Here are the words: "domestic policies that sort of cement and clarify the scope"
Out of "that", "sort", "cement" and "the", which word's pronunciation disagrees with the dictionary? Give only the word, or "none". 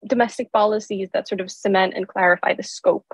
none